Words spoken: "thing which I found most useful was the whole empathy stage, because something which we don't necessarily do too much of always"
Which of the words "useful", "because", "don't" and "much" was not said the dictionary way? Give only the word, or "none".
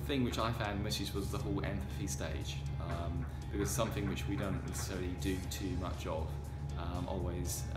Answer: useful